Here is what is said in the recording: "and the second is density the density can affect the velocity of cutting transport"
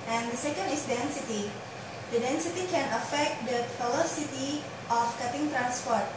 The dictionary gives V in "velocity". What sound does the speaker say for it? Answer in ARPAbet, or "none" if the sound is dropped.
P